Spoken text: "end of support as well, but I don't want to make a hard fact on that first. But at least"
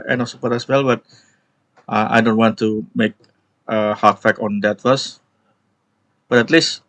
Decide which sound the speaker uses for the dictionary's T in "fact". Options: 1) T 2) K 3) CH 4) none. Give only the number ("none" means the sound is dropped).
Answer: 4